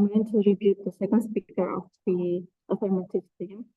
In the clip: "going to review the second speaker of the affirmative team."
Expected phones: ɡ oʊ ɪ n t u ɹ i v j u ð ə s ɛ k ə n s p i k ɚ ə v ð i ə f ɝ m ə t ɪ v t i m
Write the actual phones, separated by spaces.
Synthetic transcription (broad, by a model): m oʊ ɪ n t u ɹ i b j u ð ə s ɛ k ə n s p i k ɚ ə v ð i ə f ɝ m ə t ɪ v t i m